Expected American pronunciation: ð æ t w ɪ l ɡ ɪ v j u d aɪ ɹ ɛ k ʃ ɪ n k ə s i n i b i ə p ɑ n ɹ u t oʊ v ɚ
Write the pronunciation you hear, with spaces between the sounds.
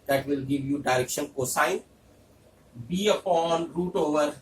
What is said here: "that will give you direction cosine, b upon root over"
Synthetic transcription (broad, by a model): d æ t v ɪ l ɡ ɪ v j u d aɪ ɹ ɛ k ʃ ɪ n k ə s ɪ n b i ə p ɑ n ɹ u t oʊ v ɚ